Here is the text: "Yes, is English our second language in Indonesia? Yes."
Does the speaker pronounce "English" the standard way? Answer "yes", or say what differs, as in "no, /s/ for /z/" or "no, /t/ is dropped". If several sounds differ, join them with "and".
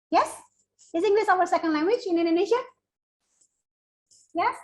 no, /s/ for /ʃ/